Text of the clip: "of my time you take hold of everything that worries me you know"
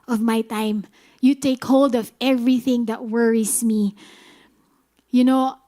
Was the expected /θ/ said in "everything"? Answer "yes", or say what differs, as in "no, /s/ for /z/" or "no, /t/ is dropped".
yes